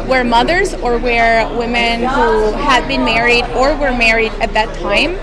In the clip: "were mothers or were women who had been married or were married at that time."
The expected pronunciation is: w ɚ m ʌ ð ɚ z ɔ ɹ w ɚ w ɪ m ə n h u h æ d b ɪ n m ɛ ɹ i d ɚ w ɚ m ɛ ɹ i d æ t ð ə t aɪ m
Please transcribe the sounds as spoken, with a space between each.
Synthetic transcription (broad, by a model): w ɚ m ʌ ð ɚ z ɔ ɹ w ɚ w ɪ m ə n h u h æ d b ɪ n m ɛ ɹ i d ɚ w ɚ m ɛ ɹ i d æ t ð ə t aɪ m